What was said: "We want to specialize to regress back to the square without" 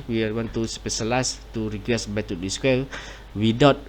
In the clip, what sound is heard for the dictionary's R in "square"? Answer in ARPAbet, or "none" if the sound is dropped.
L